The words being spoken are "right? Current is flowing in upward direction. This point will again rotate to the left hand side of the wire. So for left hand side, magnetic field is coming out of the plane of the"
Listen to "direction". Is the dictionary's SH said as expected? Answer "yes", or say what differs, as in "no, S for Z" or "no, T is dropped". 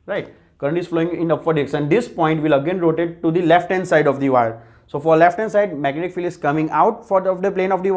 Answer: no, S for SH